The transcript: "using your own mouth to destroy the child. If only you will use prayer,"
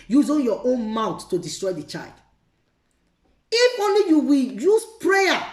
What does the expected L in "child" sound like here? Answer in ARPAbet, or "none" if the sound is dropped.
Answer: L